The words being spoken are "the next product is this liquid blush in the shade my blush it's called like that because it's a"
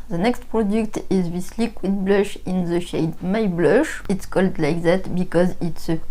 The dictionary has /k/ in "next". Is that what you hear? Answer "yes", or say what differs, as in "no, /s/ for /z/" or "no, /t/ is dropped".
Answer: yes